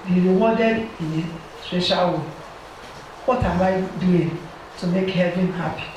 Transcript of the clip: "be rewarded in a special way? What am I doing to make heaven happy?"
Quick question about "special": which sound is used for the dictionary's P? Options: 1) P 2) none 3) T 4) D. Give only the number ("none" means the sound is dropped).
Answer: 2